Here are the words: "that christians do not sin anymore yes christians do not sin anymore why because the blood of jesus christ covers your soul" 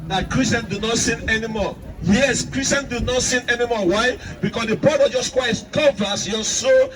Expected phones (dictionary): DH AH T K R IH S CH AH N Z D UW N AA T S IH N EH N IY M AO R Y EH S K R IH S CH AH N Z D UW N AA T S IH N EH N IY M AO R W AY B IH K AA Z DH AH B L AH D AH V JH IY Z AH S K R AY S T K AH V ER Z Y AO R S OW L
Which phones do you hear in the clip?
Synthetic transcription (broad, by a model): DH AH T K R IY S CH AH N D UW N AA T S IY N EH N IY M AO Y EH S K R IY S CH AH N D UW N AA T S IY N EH N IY M AO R W AY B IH K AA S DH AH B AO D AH JH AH S K W AY T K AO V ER S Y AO S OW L